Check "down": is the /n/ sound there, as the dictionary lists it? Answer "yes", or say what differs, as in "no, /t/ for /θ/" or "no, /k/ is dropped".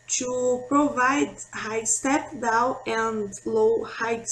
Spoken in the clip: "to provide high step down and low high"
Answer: no, /n/ is dropped